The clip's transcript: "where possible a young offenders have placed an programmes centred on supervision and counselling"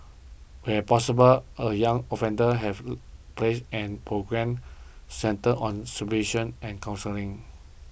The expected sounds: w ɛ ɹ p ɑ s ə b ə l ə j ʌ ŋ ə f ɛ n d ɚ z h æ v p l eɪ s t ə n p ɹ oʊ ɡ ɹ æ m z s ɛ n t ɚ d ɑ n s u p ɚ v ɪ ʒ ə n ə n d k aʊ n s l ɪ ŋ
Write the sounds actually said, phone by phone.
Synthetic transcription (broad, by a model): w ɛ p ɑ s ə b ə l ə j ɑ ŋ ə f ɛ n d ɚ h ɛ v p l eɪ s ə n p ɹ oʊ ɡ ɹ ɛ m s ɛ n t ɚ ɑ n s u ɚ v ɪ ʃ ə n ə n k aʊ n s l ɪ ŋ